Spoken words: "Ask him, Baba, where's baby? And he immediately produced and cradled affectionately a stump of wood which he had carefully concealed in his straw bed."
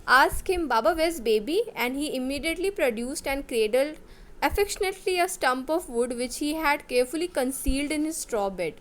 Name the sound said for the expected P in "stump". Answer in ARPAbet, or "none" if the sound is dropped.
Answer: P